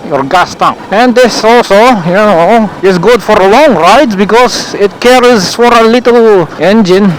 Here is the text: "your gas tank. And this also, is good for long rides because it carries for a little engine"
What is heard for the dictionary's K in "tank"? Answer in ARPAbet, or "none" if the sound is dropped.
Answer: none